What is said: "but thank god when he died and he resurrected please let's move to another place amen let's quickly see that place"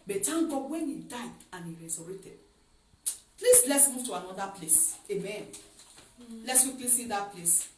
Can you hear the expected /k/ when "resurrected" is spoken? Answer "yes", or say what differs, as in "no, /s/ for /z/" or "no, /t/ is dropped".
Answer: no, /k/ is dropped